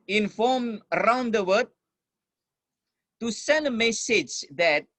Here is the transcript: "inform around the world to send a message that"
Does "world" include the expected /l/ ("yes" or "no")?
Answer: no